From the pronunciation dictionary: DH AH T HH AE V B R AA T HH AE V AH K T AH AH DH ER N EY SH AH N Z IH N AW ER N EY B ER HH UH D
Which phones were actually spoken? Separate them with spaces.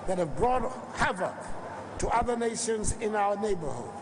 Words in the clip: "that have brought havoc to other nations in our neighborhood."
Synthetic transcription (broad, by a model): DH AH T HH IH V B R AA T HH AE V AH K T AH AH DH ER N EY SH AH N Z IH N AW ER N EY B ER HH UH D